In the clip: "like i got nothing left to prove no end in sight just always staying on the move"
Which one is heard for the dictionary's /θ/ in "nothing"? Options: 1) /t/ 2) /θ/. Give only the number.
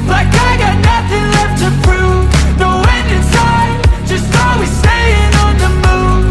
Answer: 2